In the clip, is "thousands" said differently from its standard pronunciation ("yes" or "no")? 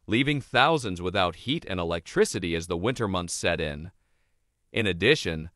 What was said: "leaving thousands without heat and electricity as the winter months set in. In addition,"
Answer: no